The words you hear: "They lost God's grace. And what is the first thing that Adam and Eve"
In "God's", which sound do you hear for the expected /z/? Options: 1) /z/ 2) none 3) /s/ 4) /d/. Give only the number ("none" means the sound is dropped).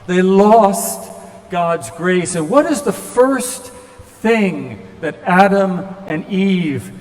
1